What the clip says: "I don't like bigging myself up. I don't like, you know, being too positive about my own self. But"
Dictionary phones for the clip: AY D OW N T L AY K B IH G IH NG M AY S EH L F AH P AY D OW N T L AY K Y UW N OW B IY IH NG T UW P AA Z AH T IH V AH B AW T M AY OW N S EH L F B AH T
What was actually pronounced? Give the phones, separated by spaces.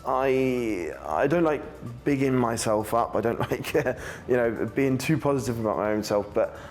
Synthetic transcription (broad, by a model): AY D OW N T L AY K B IH G IH NG M AY S EH L F AH P AY D OW N T L AY K Y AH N OW B IY IH NG T UW P AA Z AH T IH V AH B AW T M AY OW N S EH L F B AH T